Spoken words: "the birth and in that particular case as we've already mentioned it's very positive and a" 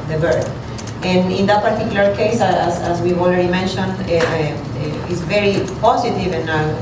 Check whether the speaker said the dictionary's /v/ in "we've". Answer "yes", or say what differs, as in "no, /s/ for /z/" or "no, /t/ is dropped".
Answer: no, /v/ is dropped